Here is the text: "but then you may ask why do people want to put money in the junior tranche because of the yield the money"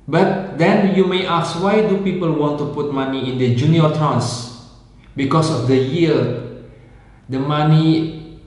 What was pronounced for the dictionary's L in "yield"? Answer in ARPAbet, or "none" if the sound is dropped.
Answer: none